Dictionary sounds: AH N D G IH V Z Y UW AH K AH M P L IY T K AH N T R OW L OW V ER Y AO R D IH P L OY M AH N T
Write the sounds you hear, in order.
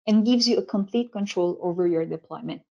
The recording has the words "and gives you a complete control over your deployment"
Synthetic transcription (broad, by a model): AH N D G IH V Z Y UW AH K AH M P L IY T K AH N T R OW L OW V ER Y AO R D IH P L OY M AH N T